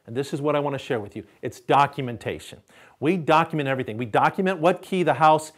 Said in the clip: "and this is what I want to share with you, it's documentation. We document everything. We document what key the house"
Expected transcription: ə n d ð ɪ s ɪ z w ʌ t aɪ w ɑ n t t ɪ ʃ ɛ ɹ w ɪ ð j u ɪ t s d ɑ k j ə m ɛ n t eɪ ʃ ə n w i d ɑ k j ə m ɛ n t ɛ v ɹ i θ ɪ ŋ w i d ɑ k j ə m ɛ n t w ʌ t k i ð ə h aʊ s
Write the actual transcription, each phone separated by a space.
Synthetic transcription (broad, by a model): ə n ð ɪ s ɪ z w ʌ t aɪ w ɑ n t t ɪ ʃ ɛ ɹ w ɪ ð j u ɪ t s d ɑ k j ə m ɛ n t eɪ ʃ ə n w i d ɑ k j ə m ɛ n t ɛ v ɹ i θ ɪ ŋ w i d ɑ k j ə m ɛ n t w ʌ t k i ð ə h aʊ s